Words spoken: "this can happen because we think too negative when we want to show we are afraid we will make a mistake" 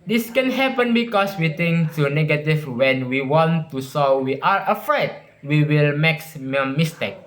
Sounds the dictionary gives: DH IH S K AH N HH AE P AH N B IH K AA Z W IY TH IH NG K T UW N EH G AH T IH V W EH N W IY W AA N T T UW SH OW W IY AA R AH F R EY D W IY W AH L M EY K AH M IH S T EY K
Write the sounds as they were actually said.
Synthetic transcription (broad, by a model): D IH S K AH N HH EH P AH N B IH K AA S W IY T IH NG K T UW N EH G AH T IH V W EH N W IY W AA N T T UW S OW W IY AA R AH F R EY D W IY W AH L M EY K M M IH S T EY K